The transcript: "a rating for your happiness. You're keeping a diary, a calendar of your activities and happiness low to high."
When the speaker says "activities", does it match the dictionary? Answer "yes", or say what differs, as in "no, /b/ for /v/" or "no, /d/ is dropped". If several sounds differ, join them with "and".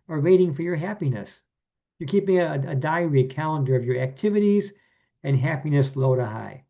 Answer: yes